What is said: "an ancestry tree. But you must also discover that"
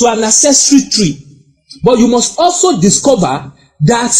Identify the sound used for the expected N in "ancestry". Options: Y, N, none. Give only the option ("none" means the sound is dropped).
none